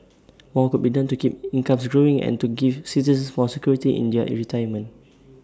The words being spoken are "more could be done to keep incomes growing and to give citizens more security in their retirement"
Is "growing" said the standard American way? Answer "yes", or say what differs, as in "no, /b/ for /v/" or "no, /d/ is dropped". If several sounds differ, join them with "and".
yes